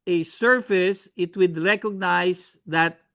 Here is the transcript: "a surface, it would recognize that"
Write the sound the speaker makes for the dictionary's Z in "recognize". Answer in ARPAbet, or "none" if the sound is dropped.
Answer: S